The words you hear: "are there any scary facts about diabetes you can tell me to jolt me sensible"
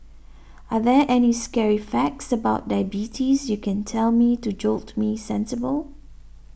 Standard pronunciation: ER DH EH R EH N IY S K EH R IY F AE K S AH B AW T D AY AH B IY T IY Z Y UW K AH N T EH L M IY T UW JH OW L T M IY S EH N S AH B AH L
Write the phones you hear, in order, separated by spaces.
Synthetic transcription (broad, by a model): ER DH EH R EH N IY S K EH R IY F AE K S AH B AW T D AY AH B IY T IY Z Y UW K AH N T EH L M IY T UW JH OW L T M IY S EH N S AH B AH L